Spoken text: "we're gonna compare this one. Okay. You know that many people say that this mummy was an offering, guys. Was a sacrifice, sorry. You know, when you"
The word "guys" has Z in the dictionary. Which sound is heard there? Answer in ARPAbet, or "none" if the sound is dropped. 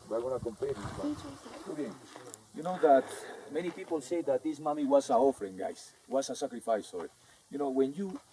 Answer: S